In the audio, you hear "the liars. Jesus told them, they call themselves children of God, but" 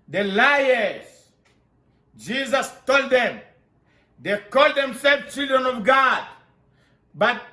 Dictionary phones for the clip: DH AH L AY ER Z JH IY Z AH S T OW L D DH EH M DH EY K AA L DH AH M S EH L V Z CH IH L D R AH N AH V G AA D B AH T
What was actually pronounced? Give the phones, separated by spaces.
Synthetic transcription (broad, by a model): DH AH L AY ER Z JH IY Z AH S T OW L D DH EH M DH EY K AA L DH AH M S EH L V CH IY L D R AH N AH V G AA D B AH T